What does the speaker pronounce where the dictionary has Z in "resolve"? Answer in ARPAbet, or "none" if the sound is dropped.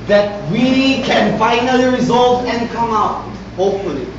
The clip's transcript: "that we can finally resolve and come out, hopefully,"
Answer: Z